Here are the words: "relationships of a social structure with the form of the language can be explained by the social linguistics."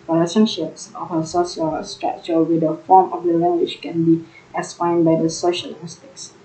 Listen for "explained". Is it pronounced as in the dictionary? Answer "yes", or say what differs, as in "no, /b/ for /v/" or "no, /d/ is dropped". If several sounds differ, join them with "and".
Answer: no, /k/ is dropped and /l/ is dropped